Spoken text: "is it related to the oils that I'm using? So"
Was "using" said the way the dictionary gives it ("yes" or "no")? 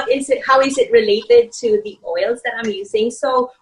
yes